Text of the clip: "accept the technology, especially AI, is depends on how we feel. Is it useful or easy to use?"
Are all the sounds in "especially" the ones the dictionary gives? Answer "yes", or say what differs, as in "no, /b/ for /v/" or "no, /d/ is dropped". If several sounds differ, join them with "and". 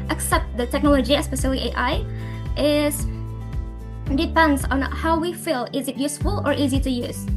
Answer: no, /s/ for /ʃ/